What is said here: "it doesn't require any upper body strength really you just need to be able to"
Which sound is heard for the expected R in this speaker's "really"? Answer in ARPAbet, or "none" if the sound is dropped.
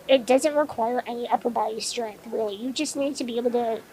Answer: W